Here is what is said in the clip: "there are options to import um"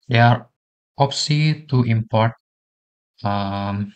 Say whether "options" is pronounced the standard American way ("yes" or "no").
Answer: no